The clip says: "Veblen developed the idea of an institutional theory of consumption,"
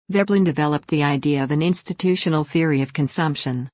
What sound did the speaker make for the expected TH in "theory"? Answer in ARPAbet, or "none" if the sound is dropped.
TH